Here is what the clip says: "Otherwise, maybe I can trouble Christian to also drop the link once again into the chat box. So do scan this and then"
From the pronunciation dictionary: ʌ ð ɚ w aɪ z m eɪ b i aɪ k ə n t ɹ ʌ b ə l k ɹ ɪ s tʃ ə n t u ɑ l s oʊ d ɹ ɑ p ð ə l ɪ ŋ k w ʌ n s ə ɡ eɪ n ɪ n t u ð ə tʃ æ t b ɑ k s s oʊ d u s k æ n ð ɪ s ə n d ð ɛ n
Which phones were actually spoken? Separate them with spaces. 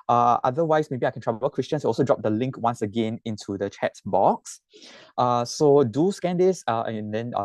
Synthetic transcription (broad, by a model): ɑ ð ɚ w aɪ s m eɪ b i aɪ k ə n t ɹ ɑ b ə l k ɹ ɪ s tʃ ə n s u ɑ l s oʊ d ɹ ɑ p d ə l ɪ ŋ k w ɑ n s ə ɡ eɪ n ɪ n t u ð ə tʃ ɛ t b ɑ k s s oʊ d u s k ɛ n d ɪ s ə n d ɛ n